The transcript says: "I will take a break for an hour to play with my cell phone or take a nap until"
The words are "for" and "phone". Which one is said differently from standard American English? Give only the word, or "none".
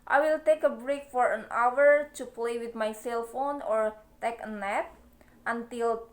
none